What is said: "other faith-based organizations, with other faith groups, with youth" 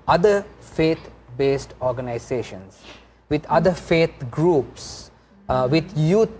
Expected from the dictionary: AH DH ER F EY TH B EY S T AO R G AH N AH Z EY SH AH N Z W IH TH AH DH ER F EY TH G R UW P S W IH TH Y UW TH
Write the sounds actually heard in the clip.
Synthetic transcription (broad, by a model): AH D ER F EY T B EY S T AO R G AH N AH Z EY SH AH N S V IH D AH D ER F EY T G R UW P S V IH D Y UW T